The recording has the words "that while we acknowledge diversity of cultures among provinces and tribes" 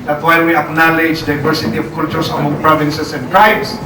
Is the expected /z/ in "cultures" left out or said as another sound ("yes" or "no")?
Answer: yes